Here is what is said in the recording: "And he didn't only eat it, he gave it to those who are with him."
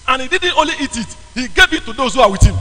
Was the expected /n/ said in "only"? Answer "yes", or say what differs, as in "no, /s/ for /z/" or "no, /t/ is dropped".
no, /n/ is dropped